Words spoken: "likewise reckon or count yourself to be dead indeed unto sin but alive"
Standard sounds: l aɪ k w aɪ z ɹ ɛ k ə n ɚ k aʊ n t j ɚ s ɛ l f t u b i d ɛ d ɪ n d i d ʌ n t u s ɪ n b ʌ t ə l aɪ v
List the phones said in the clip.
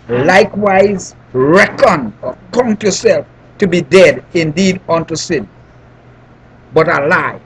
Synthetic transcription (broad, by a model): l aɪ k w aɪ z ɹ ɛ k ə n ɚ k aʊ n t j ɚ s ɛ l f t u b i d ɛ d ɪ n d i d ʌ n t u s ɪ n b ʌ t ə l aɪ